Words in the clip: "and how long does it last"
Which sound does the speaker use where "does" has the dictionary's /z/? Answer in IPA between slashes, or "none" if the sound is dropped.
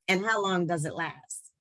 /z/